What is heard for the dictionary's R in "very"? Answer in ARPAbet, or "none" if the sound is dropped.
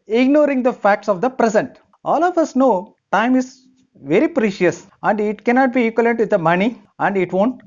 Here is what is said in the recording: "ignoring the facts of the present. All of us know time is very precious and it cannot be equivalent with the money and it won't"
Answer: R